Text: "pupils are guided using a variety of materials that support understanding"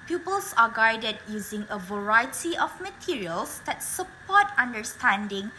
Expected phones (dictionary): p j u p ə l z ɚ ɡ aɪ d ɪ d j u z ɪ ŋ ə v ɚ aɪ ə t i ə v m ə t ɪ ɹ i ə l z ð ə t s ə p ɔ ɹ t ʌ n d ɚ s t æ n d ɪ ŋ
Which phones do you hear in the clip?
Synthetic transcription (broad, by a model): p j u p ə l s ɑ ɡ aɪ d ɪ d j u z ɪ ŋ ə v ɚ aɪ ə t i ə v m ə t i ɹ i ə l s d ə t s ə p ɔ t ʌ n d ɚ s t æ n d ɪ ŋ